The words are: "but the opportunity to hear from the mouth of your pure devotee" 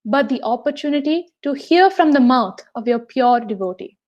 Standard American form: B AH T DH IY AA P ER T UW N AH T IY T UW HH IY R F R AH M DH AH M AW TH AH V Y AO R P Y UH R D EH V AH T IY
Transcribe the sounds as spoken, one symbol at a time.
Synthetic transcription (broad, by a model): B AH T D IY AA P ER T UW N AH T IY T UW HH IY R F R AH M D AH M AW T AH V Y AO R P Y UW R D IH V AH T IY